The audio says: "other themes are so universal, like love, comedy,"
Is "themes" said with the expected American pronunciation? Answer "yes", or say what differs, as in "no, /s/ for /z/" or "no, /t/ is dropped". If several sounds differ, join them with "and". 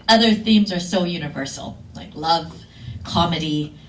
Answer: yes